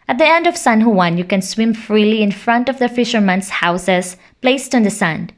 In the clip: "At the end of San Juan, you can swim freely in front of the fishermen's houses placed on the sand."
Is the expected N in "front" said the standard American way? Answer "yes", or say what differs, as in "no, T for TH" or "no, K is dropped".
yes